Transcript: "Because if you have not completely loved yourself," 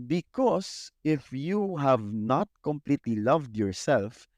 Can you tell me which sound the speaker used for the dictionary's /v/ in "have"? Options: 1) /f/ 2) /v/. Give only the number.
2